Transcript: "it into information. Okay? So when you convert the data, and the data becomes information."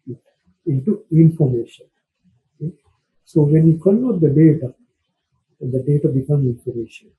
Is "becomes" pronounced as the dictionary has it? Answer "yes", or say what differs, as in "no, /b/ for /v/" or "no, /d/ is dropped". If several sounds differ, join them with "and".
no, /z/ is dropped